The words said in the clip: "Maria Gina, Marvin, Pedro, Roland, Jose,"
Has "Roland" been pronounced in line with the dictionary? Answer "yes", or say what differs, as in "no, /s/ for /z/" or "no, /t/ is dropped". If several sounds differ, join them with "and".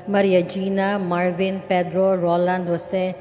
yes